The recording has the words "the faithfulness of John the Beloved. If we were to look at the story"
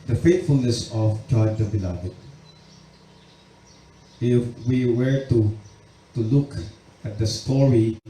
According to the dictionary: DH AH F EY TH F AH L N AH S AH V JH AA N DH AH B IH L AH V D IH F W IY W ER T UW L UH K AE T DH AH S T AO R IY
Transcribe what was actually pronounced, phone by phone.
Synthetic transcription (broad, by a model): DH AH F EY T F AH L N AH S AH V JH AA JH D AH B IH L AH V IH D W IY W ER T UW L UH K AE T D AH S T AO R IY